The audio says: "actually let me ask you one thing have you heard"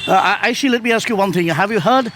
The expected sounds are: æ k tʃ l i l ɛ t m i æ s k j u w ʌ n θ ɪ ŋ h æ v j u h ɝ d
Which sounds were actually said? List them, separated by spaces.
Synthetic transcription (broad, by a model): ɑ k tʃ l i l ɛ t m i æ s k j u w ʌ n θ ɪ ŋ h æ v j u h ɝ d